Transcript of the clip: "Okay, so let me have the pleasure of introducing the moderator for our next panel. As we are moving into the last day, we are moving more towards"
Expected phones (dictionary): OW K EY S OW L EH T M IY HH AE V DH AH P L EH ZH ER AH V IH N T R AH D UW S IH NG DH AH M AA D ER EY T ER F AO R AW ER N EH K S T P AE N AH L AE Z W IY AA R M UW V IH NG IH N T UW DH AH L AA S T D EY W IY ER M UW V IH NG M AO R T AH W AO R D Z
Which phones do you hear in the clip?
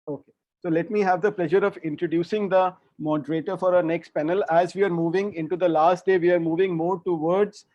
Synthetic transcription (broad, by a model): OW K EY S OW L EH T M IY HH AE V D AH P L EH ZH ER AH V IH N T R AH D UW S IH NG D AH M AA D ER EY T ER F AO R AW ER N EH K S T P AE N AH L AE Z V IY AA R M UW V IH NG IH N T UW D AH L AA S T D EY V IY ER M UW V IH NG M AO R T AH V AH R D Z